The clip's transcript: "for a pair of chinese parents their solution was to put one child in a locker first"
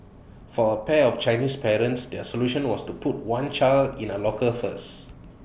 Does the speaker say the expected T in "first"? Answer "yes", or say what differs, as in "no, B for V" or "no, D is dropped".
no, T is dropped